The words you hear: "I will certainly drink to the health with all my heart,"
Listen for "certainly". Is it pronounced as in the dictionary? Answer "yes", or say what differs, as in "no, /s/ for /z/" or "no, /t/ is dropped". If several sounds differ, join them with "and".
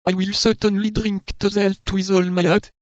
yes